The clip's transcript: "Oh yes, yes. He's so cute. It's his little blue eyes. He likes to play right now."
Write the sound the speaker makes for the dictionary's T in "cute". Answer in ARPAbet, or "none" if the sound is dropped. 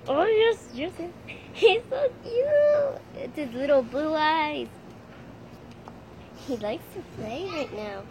none